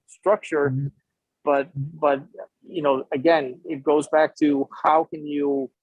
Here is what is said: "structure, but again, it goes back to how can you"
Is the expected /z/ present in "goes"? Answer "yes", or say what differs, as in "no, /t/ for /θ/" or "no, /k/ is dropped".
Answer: yes